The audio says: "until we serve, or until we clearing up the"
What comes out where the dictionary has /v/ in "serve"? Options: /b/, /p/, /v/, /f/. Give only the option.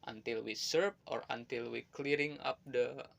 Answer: /p/